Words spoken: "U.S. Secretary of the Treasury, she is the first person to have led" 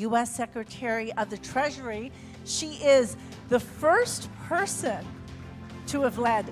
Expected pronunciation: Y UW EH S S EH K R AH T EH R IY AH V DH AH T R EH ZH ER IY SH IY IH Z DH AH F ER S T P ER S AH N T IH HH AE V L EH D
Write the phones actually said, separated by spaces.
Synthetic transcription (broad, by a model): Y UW EH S S EH K R AH T EH R IY AH V DH AH T R EH ZH ER IY SH IY IH Z DH AH F ER S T P ER S AH N T IH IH V L EH D